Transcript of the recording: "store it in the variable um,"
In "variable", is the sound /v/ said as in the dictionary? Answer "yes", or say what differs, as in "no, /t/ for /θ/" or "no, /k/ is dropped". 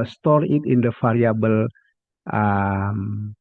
no, /f/ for /v/